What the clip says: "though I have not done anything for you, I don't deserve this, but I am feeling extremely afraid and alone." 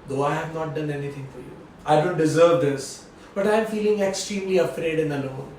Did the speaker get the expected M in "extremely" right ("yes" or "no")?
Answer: yes